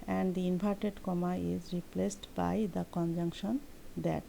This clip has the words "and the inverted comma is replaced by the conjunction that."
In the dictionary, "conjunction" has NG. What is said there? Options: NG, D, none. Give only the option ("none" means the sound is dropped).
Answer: NG